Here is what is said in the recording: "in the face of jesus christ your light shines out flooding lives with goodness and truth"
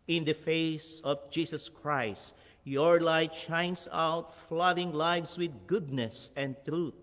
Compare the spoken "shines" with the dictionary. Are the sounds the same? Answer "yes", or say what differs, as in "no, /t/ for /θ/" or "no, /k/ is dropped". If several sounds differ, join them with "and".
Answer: no, /s/ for /z/